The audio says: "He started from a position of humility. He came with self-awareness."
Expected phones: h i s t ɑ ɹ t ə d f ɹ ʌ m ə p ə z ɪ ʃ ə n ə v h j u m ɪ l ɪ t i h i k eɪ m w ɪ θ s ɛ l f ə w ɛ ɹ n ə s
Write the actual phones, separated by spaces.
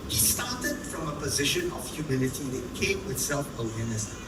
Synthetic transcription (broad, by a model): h i s t ɑ t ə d f ɹ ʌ m ə p ə z ɪ ʃ ə n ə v h j u m ɪ l ɪ t i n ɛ k eɪ m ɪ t s ɛ l f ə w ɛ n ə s